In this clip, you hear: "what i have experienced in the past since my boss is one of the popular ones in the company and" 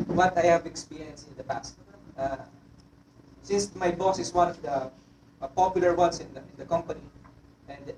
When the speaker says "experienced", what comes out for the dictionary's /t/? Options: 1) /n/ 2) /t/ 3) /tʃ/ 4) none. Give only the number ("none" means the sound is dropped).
4